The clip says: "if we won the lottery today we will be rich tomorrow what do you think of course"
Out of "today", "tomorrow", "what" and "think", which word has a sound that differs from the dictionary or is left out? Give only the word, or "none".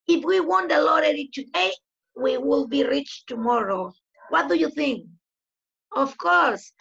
none